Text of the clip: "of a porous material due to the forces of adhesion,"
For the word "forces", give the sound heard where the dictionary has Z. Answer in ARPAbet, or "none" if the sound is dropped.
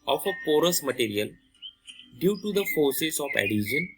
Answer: S